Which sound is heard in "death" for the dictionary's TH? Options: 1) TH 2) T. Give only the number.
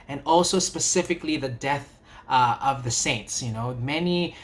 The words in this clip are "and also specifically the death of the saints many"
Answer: 1